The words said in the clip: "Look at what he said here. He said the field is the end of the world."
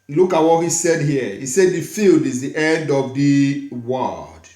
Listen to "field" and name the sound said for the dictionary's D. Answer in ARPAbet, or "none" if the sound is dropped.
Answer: D